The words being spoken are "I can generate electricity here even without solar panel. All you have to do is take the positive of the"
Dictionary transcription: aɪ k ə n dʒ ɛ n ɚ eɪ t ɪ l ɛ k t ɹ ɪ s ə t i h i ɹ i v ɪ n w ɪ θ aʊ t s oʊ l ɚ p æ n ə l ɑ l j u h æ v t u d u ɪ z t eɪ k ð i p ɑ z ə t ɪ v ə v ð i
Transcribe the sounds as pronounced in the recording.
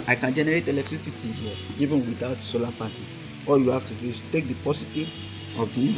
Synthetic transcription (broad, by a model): aɪ k ə n dʒ ɛ n ɚ eɪ t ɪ l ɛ k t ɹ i s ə t i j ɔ i v ɪ n w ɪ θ aʊ t s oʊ l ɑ p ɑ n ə ɑ l j u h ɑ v t u d u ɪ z t eɪ k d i p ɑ s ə t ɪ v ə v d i